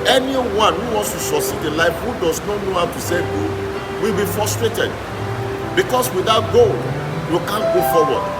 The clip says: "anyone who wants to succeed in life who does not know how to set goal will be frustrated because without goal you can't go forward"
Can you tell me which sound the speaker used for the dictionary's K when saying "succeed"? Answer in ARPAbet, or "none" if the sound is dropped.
none